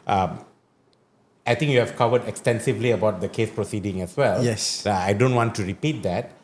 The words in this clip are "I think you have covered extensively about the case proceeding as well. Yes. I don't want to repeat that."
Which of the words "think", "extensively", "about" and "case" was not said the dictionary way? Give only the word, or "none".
think